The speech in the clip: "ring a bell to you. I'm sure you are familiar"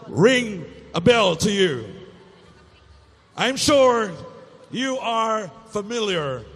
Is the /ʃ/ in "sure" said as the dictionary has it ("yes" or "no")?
yes